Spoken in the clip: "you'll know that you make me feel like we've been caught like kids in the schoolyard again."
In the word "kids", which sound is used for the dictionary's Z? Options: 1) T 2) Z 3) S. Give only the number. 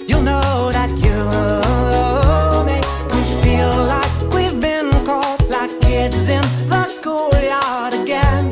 2